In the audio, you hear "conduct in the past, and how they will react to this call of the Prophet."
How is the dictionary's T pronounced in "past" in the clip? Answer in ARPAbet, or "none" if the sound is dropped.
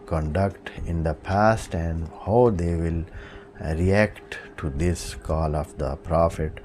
T